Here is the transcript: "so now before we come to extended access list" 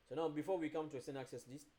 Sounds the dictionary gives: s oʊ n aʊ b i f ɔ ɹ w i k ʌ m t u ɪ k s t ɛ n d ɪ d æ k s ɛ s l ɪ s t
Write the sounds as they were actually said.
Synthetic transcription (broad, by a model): s oʊ n aʊ b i f ɔ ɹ w i k ʌ m t u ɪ s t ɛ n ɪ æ k s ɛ s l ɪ s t